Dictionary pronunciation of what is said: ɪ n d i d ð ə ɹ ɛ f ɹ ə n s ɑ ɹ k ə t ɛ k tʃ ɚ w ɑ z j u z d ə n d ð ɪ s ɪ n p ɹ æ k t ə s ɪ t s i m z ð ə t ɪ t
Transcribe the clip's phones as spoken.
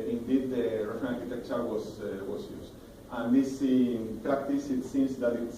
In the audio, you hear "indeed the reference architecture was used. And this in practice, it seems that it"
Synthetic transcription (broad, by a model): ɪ n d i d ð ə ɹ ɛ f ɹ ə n ɑ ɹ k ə t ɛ k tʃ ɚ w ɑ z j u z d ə n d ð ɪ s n p ɹ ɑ k t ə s ɪ t s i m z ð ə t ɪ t